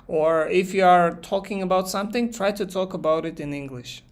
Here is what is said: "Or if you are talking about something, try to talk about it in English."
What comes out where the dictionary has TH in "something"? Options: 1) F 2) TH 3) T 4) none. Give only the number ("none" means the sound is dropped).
2